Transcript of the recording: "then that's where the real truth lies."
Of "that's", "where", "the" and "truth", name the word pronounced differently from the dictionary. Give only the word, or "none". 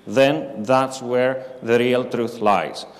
none